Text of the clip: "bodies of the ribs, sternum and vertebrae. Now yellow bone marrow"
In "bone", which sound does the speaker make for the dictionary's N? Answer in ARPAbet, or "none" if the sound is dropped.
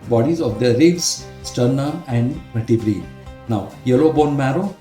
N